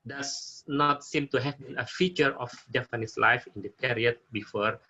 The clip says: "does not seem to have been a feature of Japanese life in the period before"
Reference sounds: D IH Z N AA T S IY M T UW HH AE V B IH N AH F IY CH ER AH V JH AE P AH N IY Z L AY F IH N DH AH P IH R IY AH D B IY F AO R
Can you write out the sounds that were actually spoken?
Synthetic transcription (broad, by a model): D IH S N AA T S IY M T UW HH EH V B IH N AH F IY CH ER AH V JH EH F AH N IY S L AY F IH N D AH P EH R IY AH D B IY F AO R